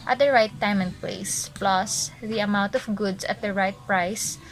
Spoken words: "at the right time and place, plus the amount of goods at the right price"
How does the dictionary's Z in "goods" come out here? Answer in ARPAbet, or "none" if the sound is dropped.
S